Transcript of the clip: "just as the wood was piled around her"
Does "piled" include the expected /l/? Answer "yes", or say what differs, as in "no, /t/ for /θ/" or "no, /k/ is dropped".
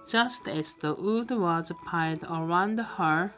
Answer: no, /l/ is dropped